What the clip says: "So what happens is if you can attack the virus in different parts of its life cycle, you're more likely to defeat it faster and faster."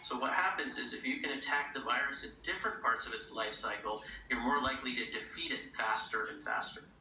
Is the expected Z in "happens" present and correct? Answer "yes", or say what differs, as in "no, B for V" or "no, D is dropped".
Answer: yes